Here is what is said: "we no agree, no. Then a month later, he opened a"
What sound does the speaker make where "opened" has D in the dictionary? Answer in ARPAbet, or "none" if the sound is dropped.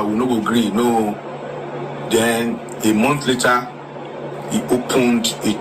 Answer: D